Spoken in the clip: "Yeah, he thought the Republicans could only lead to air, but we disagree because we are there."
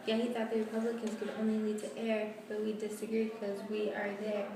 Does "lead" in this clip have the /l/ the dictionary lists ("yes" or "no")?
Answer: no